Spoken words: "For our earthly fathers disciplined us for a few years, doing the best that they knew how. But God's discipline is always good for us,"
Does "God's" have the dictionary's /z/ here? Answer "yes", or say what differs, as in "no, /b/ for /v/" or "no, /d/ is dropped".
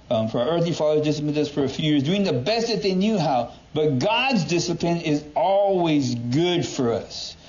yes